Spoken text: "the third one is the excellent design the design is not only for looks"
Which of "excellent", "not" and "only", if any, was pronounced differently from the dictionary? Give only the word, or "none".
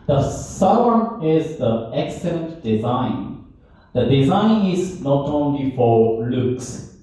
none